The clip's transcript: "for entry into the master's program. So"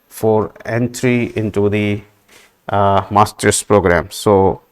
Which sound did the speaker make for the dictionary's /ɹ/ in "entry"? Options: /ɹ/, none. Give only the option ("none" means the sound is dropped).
/ɹ/